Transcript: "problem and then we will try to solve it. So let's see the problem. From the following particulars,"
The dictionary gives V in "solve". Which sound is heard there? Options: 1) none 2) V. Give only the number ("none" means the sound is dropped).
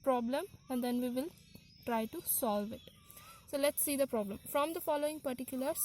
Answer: 2